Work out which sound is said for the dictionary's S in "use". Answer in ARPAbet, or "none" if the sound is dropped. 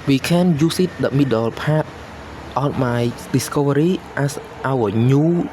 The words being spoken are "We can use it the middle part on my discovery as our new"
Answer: S